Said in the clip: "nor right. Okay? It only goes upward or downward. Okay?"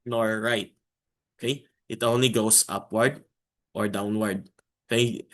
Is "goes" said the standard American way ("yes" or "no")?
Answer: no